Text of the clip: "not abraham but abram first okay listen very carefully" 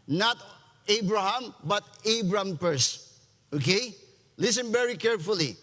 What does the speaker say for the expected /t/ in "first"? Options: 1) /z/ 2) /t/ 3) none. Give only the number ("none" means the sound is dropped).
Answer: 3